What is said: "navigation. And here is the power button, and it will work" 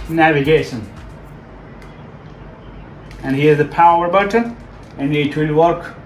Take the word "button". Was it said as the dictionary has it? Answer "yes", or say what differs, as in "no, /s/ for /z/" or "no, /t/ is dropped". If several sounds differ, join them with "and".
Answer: no, /n/ is dropped